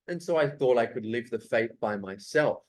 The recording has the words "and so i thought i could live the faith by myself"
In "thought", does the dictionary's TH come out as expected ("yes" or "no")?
yes